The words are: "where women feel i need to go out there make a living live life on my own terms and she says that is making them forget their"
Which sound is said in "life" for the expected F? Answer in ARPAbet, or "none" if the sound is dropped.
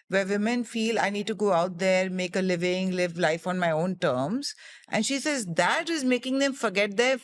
F